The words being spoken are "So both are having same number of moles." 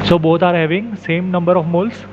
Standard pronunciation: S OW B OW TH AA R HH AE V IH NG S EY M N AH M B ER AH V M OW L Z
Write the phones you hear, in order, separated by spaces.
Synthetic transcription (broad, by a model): S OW B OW T AA R HH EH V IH NG S EY M N AH M B ER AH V M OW L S